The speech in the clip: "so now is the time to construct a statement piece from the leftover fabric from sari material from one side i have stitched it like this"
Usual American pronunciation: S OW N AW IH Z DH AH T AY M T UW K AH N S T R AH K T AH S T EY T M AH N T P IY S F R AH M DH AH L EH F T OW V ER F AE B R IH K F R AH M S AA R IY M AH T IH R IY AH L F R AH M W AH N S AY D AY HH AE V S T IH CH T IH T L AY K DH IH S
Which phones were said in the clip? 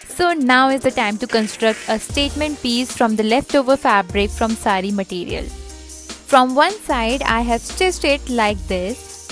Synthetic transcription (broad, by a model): S OW N AW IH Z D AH T AY M T UW K AH N S T R AH K T AH S T EY T M AH N T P IY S F R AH M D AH L EH F T OW V ER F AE B R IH K F R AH M S AA R IY M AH T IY R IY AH L F R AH M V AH N S AY D AY HH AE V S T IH S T IH T L AY K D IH S